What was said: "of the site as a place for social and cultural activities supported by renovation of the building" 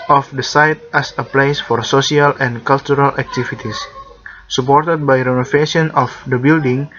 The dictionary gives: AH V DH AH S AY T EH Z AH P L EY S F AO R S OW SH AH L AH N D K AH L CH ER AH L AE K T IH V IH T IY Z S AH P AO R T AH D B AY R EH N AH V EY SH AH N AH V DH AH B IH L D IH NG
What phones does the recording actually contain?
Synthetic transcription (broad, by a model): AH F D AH S AY T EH S AH P L EY S F AO R S OW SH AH L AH N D K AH L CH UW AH L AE K T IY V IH T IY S S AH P AO R T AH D B AY R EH N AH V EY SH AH N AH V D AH B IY L D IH NG